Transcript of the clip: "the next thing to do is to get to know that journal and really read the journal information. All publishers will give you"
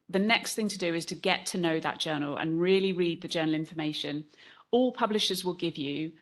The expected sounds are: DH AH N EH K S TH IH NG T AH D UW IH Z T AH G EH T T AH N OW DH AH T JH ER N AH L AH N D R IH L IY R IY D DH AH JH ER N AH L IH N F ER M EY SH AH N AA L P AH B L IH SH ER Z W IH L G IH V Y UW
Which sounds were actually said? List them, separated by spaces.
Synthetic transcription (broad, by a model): DH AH N EH K S TH IH NG T AH D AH IH Z T AH G EH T T AH N OW DH AH T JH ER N AH L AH N R IH L IY R IY D DH AH JH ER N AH L IH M F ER M EY SH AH N AA L P AH B L IH SH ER Z W IH L G IH V Y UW